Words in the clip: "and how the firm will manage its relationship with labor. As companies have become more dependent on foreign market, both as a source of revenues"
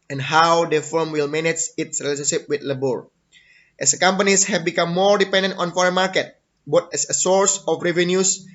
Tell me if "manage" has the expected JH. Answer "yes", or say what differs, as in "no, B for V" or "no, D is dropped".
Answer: no, CH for JH